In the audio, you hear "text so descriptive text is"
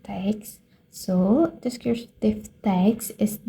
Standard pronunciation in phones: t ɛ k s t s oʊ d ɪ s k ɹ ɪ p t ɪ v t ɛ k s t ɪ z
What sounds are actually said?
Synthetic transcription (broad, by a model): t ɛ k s s oʊ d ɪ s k ɪ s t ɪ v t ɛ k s ɪ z